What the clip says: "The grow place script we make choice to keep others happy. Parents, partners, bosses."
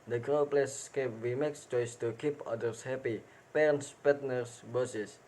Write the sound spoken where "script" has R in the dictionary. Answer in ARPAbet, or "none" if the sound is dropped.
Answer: none